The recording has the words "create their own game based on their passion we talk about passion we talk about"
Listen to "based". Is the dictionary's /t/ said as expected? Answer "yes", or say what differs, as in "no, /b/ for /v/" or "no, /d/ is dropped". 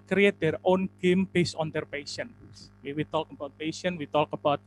no, /t/ is dropped